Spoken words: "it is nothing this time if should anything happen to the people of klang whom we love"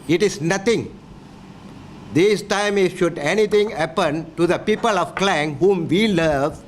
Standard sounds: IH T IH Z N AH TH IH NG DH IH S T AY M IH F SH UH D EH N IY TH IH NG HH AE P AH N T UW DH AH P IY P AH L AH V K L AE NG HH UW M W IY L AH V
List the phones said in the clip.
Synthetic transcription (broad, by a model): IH T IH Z N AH T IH NG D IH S T AY M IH SH UH D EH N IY T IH NG HH AE P AH N T UW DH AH P IY P AH L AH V K L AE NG HH UW M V IY L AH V